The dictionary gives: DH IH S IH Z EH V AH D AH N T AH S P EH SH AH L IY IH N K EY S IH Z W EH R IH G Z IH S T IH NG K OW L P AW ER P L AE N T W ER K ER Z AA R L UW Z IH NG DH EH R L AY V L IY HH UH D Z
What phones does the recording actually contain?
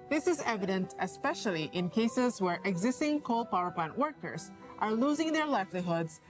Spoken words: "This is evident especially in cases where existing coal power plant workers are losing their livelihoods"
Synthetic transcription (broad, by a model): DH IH S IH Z EH V AH D AH N T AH S P EH SH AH L IY IH N K EY S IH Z W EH R IH G Z IH S T IH NG K OW L P AW ER P L AE N T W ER K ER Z AA R L UW Z IH NG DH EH R L AY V L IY HH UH D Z